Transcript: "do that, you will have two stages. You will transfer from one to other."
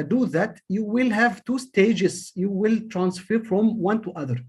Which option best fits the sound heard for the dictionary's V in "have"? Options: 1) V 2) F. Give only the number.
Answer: 1